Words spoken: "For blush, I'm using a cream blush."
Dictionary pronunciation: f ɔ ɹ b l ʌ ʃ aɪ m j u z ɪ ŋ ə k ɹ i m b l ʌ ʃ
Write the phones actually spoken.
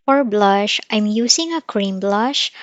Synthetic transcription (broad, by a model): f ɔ ɹ b l ʌ ʃ aɪ m j u s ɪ ŋ ə k ɹ i m b l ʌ ʃ